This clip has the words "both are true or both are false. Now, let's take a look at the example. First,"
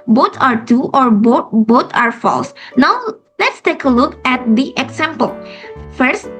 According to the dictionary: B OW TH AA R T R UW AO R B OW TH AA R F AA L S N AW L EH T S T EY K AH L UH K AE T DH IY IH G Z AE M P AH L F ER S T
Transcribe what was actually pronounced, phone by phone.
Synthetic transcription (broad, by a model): B OW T AA R T UW AO R B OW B AA R F AA L S N AW L EH T S T EY K AH L UH K AE T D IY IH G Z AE M P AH L F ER S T